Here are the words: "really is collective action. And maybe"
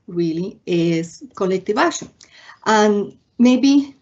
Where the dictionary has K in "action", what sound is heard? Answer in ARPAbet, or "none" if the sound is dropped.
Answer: none